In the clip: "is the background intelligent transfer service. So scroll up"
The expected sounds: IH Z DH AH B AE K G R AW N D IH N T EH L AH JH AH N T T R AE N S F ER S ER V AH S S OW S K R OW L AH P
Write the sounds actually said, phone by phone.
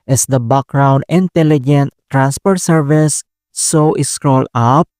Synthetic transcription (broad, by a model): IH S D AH B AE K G R AW N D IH N T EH L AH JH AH N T T R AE N S P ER S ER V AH S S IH S K R OW L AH P